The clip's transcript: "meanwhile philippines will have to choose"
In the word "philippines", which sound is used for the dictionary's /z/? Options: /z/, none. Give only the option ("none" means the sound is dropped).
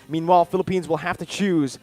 /z/